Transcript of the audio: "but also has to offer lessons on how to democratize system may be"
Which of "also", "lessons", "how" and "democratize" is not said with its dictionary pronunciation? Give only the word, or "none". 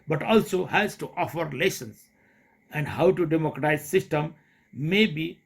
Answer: lessons